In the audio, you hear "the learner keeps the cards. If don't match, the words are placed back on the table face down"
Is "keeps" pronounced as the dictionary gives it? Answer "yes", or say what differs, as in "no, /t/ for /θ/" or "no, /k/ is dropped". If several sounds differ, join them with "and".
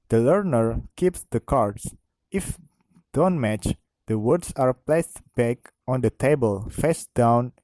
yes